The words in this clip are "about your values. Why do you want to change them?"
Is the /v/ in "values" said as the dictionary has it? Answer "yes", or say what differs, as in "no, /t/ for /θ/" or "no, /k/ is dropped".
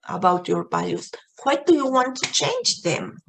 no, /b/ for /v/